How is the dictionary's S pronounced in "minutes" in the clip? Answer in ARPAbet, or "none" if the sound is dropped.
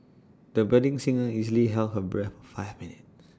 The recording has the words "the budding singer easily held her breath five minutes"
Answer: none